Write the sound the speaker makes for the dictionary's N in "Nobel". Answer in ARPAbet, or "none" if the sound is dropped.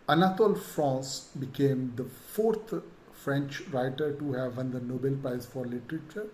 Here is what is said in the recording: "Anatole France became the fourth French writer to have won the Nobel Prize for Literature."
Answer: N